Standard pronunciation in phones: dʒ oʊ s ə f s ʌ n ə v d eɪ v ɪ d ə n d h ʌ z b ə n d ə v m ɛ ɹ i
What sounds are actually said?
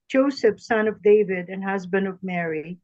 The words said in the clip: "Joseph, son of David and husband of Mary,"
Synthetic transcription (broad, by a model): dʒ oʊ s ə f s ʌ n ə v d eɪ v ɪ d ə n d h ʌ z b ə n d ə v m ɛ ɹ i